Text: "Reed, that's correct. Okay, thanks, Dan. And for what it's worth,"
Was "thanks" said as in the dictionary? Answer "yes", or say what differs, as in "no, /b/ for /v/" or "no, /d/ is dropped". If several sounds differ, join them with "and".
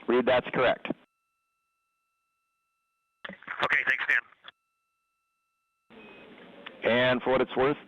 yes